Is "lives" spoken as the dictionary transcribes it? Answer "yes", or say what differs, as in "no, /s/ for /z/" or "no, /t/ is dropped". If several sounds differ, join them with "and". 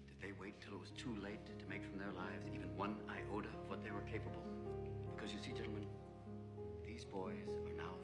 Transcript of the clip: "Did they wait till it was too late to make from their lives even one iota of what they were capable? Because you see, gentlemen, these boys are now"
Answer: yes